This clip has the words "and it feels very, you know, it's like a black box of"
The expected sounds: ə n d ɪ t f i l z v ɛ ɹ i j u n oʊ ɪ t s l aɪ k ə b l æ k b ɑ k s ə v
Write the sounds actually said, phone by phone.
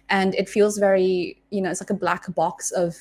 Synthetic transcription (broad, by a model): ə n ɪ t f i l z v ɛ ɹ i j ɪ n oʊ ɪ t s l aɪ k ə b l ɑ k b ɑ k s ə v